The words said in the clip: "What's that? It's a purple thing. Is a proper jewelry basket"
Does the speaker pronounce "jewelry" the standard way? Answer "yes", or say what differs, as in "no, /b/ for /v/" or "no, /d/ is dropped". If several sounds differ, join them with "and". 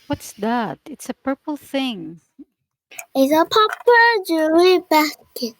no, /l/ is dropped